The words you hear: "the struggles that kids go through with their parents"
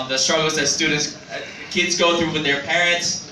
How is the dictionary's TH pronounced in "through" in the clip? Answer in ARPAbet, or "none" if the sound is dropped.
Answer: TH